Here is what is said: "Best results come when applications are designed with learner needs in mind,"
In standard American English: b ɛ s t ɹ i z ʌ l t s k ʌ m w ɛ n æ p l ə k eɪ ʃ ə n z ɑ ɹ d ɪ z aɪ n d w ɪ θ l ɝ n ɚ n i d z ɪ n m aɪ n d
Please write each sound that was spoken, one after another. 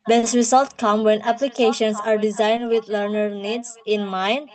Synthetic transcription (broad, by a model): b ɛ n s ɹ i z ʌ l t k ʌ m w ɛ n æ p l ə k eɪ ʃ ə n s ɑ ɹ d ɪ z aɪ n d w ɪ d l ɝ n ɚ n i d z ɪ n m aɪ n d